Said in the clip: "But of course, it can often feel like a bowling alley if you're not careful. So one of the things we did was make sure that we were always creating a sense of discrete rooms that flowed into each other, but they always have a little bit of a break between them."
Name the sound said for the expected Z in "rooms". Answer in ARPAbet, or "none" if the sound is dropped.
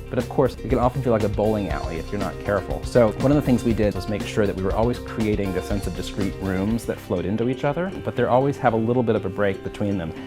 Z